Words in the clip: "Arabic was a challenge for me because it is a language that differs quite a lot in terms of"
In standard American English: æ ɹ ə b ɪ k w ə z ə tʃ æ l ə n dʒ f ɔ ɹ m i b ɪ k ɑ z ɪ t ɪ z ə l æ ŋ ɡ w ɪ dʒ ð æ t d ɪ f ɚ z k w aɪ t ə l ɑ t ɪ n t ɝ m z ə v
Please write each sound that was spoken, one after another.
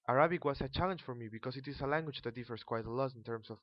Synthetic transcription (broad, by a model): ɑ ɹ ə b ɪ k w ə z ə tʃ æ l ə n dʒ f ɔ ɹ m i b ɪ k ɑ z ɪ t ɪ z ə l æ ŋ ɡ w ɪ dʒ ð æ t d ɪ f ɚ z k w aɪ t ə l ɑ t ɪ n t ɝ m s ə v